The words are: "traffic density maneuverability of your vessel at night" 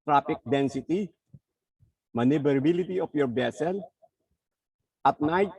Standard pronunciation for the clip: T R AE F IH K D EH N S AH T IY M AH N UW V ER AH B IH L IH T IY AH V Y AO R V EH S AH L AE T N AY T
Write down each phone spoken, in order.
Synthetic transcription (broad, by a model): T R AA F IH K D EH N S AH T IY M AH N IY B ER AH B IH L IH T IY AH F Y AO R B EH S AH L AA T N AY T